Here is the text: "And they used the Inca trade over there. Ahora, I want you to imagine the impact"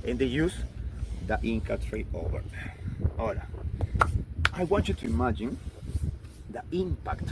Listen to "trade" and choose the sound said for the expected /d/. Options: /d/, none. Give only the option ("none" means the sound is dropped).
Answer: none